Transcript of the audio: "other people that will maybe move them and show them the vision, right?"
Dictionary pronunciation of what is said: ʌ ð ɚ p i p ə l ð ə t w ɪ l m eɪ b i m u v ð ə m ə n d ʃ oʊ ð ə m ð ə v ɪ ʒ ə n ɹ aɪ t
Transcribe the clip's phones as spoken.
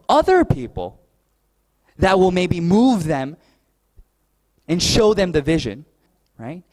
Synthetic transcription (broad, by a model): ʌ ð ɚ p i p l ð ə t w ɪ l m eɪ b i m u v ð ə m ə n ʃ oʊ ð ə m ð ə v ɪ ʒ ə n ɹ aɪ t